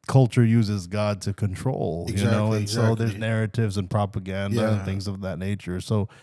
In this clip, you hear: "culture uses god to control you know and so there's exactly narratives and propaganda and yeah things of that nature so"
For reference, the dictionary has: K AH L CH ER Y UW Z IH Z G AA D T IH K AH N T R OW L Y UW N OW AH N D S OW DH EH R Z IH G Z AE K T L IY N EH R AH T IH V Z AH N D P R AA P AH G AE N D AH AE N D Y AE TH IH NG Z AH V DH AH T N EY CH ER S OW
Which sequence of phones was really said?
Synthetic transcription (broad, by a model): K AH L CH ER Y UW Z IH Z G AA D T IH K AH N T R OW L Y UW N OW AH N S OW DH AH R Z Z N EH R AH T IH V Z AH N P R AA P AH G AE N D AH N TH IH NG Z AH V DH AH T N EY CH ER S OW